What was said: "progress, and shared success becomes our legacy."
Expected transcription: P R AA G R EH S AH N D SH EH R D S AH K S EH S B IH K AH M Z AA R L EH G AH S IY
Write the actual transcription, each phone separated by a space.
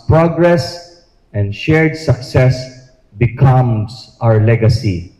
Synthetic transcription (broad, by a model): P R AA G R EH S AH N D SH EH R D S AH K S EH S B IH K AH M S AA R L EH G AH S IY